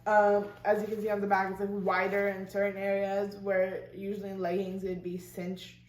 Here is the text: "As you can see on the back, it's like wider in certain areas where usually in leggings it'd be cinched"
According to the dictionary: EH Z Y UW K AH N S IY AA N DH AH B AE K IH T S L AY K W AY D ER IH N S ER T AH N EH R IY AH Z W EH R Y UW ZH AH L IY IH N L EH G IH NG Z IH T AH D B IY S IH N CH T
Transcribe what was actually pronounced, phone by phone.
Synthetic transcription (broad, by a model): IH Z Y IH K AH N S IY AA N DH AH B AE K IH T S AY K W AY D ER IH N S ER T N EH R IY AH Z W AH R Y UW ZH L IY IH N L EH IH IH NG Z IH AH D B IY S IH N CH